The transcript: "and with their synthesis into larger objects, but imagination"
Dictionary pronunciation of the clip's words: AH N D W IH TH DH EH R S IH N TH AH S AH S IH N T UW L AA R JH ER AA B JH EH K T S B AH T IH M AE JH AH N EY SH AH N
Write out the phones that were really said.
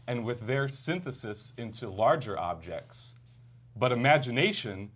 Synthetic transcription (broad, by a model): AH N W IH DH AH R S IH N TH AH S AH S IH N T UW L AA R JH ER AA B JH EH K T S B AH T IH M AE JH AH N EY SH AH N